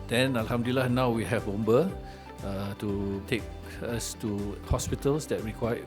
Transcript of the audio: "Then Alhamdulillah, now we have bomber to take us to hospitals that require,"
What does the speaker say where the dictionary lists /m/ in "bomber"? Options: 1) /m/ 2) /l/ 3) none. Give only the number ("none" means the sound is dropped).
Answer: 3